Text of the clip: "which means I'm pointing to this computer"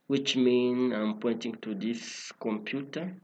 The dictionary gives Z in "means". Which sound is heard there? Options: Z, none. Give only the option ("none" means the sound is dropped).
none